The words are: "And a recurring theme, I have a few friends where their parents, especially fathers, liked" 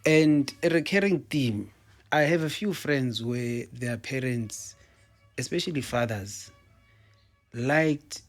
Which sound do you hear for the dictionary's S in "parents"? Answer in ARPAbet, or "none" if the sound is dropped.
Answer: S